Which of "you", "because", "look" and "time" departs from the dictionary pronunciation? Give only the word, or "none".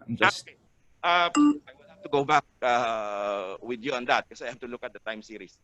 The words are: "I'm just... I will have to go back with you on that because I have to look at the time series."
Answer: because